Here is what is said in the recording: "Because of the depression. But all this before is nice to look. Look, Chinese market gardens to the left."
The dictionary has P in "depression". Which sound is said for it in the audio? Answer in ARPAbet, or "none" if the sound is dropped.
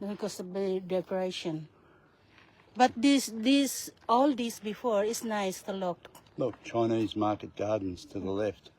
none